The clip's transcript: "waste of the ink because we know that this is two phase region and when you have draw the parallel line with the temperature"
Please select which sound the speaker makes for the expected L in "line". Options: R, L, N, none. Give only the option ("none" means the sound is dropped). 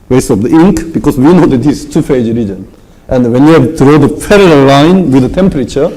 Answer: L